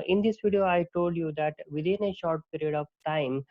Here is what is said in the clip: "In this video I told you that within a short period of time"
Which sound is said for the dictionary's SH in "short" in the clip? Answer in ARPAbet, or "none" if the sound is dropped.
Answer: SH